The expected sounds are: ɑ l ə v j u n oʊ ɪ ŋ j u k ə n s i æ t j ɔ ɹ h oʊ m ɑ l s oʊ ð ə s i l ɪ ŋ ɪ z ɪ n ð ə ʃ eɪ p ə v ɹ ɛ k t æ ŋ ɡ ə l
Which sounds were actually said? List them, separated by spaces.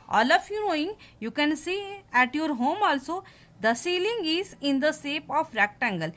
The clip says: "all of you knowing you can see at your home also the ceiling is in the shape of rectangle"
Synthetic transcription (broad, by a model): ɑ l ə f j u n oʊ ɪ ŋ j u k ə n s i æ t j ɔ ɹ h oʊ m ɑ l s oʊ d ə s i l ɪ ŋ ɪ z ɪ n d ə s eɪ p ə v ɹ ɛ k t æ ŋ ɡ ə l